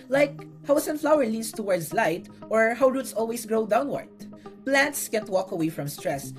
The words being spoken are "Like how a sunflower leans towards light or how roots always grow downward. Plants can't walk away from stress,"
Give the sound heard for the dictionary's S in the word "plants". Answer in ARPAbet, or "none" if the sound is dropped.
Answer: S